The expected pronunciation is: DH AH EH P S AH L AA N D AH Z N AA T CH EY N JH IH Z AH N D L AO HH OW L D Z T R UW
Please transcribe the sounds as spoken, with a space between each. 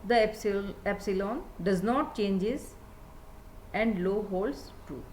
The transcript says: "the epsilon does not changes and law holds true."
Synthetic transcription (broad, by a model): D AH EH P S AH L AA N D AH Z N AA T CH EY N JH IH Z AH N D L AO HH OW L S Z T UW